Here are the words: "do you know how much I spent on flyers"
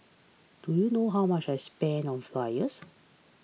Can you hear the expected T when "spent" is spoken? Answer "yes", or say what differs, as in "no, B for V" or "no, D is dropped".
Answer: no, T is dropped